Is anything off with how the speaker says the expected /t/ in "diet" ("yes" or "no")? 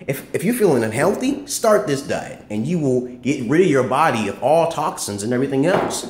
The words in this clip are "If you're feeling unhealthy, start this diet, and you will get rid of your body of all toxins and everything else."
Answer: yes